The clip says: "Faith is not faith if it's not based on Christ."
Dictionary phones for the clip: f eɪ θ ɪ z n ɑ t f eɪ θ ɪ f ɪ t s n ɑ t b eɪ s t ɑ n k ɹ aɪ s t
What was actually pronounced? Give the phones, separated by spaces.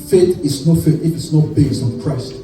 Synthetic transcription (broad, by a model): f eɪ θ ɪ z n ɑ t f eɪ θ ɪ f ɪ t s n ɑ t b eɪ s ɑ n k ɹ aɪ s t